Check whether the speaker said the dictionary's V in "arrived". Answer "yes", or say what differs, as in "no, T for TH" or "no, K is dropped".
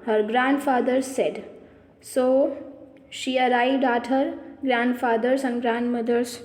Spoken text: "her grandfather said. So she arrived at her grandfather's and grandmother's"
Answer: no, V is dropped